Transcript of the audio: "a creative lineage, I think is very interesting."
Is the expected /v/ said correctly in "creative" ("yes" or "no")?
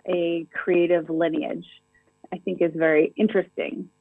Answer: yes